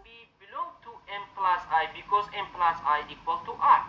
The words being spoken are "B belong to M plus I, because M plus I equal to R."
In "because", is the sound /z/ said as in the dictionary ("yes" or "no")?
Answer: no